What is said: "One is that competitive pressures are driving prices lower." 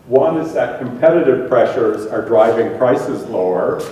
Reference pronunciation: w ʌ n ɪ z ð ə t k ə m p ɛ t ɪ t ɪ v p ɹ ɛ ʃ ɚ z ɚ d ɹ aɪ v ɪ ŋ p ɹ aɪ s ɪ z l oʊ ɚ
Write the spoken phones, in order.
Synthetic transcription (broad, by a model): w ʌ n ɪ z ð ə t k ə m p ɛ t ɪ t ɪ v p ɹ ɛ ʃ ɚ z ɚ d ɹ aɪ v ɪ ŋ p ɹ aɪ s ɪ z l oʊ ɚ